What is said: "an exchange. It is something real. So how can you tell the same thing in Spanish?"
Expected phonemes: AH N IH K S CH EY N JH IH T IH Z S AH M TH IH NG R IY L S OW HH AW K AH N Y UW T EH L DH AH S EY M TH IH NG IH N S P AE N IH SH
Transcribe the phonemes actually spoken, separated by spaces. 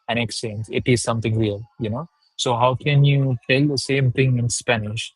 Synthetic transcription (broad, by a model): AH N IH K S EY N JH IH T IH Z S AH M T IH NG R IY L S OW HH AW K AH N Y UW T EH L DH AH S EY M T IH NG IH N S P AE N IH SH